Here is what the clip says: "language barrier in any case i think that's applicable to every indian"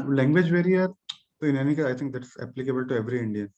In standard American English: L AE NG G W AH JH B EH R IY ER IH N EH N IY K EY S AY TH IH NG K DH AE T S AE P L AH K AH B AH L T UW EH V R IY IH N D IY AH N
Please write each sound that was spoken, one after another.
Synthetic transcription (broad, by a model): L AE NG G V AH JH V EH R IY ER IH N EH N IY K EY AY T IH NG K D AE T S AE P L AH K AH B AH L T UW EH V R IY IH N D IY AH N